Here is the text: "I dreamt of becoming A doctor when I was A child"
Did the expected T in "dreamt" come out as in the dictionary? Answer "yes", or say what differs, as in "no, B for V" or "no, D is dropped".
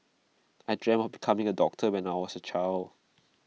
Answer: no, T is dropped